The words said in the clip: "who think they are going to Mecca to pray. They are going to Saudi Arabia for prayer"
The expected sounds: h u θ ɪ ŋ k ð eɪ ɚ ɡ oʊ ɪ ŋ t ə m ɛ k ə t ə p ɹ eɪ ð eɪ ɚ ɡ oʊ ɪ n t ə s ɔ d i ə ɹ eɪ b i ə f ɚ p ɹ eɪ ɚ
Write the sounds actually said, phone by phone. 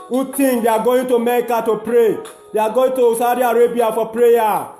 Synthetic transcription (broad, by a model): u t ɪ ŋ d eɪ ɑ ɡ oʊ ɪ t ə m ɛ k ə t ə p ɹ eɪ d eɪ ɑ ɡ oʊ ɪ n t ə s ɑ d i ə ɹ eɪ b i ə f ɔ p ɹ eɪ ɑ